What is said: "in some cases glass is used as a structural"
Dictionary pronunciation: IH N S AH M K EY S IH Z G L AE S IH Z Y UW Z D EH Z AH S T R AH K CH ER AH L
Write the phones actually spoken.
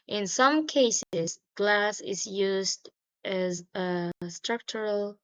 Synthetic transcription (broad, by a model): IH N S AH M K EY S IH Z G L AE S IH Z Y UW Z D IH Z AH S T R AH K CH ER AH L